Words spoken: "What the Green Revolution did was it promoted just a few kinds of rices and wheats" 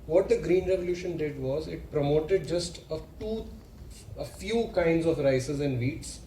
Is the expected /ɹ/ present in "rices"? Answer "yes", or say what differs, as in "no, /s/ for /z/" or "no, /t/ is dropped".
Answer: yes